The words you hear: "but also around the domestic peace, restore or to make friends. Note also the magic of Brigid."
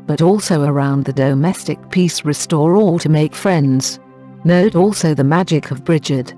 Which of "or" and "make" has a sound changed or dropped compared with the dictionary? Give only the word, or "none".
or